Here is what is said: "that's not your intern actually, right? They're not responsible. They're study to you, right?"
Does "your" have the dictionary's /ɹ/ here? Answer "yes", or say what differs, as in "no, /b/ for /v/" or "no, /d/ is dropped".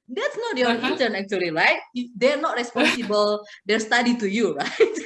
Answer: no, /l/ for /ɹ/